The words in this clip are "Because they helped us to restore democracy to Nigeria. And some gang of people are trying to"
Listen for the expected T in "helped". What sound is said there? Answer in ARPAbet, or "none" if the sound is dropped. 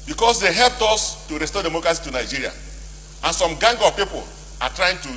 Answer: T